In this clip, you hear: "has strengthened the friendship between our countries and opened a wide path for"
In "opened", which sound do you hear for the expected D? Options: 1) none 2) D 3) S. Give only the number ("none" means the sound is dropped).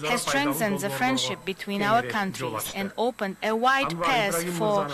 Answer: 2